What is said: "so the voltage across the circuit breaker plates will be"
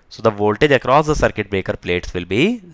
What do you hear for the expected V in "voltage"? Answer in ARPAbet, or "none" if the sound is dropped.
V